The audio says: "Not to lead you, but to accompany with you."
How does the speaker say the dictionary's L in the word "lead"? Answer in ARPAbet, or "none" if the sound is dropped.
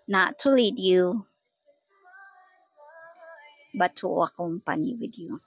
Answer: L